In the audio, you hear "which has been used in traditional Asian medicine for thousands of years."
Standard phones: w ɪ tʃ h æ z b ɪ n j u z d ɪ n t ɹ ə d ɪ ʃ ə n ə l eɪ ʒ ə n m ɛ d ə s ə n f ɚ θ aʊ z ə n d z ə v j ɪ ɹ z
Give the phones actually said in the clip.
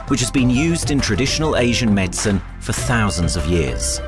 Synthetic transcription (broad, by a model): w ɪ tʃ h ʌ z b ɪ n j u z d ɪ n t ɹ ə d ɪ ʃ ə n ə l eɪ ʒ ə n m ɛ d s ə n f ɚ θ aʊ z ə n d z ə v j ɪ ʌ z